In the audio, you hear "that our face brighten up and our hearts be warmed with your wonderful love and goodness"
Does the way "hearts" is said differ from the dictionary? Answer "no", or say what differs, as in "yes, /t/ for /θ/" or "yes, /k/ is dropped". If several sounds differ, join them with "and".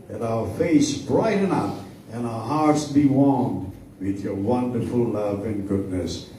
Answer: no